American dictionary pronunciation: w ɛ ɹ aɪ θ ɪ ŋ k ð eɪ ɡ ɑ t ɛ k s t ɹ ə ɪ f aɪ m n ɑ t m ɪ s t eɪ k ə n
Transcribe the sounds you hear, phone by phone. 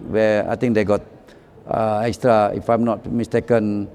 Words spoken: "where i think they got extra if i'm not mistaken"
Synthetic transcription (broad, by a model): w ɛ aɪ t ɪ ŋ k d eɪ ɡ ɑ t ɛ k s t ɹ ə ɪ f aɪ m n ɑ t m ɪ s t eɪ k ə n